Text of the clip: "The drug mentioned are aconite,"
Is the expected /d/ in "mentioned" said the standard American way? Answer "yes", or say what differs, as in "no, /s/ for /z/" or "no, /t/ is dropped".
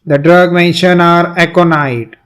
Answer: no, /d/ is dropped